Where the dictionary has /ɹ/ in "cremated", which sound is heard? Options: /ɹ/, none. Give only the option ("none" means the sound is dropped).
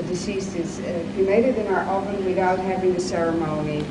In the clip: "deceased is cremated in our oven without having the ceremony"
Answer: none